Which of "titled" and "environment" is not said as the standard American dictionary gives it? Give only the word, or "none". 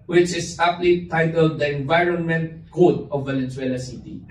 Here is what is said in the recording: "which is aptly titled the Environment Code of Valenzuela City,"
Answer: none